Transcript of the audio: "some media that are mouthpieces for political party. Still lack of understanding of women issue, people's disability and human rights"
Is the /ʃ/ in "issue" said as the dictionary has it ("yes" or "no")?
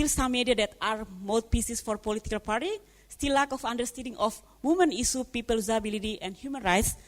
no